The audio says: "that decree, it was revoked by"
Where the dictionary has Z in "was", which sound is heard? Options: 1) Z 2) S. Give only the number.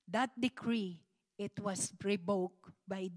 2